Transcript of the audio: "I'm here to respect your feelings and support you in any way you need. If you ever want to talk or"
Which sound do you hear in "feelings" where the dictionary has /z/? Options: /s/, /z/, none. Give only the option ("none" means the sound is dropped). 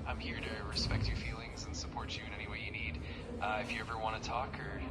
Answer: /z/